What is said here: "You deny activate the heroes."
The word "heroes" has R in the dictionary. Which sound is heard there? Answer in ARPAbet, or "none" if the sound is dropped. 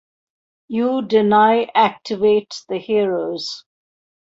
R